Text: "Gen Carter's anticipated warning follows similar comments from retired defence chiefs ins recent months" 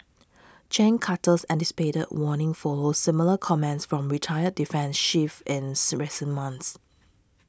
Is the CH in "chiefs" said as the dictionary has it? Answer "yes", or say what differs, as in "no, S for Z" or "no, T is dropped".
no, SH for CH